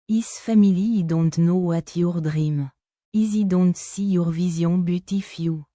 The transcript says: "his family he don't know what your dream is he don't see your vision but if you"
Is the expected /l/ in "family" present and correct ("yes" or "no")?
no